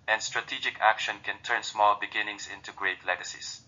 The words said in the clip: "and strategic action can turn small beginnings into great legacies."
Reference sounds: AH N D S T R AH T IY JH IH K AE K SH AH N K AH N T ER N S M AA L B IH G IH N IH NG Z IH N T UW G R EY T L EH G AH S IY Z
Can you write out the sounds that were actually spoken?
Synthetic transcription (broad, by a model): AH N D S T R AH T IY JH IH K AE K SH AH N K AH N T ER N S M AA L B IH G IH N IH NG S IH N T UW G R EY T L EH G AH S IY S